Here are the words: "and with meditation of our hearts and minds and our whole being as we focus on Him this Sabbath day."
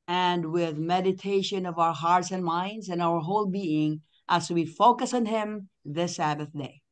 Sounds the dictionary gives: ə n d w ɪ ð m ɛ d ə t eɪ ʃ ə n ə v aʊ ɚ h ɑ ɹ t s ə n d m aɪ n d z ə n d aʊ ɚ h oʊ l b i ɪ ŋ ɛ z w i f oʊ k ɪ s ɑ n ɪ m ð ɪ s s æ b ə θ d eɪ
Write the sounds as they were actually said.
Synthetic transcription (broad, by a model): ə n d w ɪ ð m ɛ d ə t eɪ ʃ ə n ə v aʊ ɚ h ɑ ɹ t s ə n m aɪ n d z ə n aʊ ɚ h oʊ l b i ɪ ŋ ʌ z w i f oʊ k ɪ s n ɪ m ð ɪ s s æ b ə θ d eɪ